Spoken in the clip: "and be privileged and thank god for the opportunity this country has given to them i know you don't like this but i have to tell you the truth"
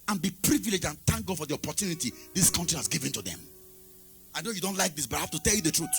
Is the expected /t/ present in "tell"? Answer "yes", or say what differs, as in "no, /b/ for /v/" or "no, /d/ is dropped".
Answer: yes